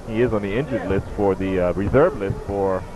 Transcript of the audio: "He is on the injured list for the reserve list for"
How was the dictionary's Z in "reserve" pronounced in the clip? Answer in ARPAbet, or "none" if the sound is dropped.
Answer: Z